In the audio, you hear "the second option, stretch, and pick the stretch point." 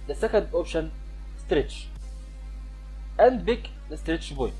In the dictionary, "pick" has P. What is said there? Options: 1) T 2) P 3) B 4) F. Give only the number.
3